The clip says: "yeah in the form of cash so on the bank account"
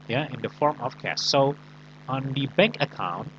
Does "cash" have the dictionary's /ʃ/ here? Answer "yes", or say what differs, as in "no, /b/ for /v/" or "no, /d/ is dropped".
no, /s/ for /ʃ/